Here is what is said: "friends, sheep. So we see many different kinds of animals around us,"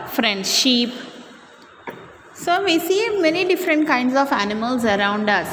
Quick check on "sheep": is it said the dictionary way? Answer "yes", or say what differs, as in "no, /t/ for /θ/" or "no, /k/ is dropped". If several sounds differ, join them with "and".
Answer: yes